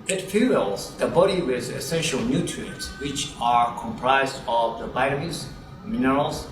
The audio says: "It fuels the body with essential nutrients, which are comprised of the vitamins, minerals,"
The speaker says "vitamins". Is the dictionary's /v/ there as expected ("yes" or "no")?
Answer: no